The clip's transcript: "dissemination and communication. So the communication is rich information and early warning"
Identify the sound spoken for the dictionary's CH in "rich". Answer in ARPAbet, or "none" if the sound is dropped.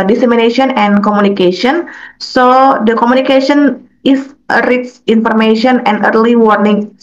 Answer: S